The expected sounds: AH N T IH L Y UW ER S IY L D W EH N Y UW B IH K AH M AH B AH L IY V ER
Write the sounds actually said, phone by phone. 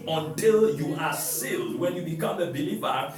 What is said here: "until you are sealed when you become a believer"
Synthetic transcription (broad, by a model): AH N T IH L Y UW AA S IY L D W EH N Y UW B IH K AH M AH B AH L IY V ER